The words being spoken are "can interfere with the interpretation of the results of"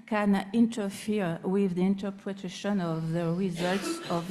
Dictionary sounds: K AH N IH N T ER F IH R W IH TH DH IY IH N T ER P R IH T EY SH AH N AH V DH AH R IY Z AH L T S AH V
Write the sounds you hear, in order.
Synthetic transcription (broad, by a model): K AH N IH N T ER F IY R W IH DH IY IH N T ER P R IH T EY SH AH N AH V DH AH R IY Z AH L T S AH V